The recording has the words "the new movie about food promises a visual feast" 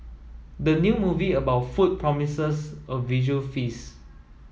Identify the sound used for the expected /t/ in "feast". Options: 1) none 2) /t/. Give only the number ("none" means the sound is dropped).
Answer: 1